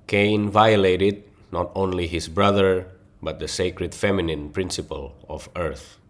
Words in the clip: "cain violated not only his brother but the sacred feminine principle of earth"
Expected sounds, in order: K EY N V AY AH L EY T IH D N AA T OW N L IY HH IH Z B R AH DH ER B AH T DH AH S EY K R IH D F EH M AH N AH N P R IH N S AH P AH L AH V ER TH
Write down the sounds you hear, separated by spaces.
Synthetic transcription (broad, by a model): K EY N V AY AH L EY T IH D N AA T OW N L IY HH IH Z B R AH DH ER B AH T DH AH S EY K R IH D F EH M AH N AH N P R IH N S AH P AH L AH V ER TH